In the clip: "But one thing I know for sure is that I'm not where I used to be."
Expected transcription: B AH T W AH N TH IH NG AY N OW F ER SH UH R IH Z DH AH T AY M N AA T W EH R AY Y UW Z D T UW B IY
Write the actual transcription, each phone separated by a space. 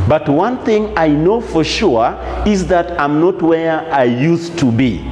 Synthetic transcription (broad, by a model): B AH T W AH N TH IH NG AY N OW F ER SH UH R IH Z DH AH T AY M N AA T W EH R AY Y UW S T UW B IY